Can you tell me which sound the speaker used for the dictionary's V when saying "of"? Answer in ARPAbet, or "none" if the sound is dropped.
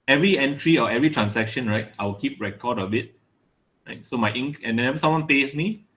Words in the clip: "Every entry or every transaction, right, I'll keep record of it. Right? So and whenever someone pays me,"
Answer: B